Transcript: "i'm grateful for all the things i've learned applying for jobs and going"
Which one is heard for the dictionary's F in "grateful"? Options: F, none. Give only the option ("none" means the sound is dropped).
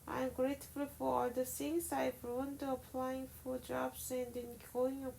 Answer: F